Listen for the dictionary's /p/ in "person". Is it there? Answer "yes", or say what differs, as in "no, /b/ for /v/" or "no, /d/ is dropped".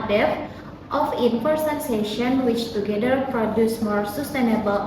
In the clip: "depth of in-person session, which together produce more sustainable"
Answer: no, /f/ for /p/